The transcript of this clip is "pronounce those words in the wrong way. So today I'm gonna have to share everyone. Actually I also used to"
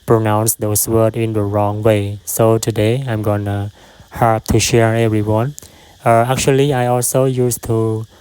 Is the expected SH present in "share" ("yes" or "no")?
yes